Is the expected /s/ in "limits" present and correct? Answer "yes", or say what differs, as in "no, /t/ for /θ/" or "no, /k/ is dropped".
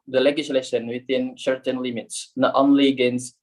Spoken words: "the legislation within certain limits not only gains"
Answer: yes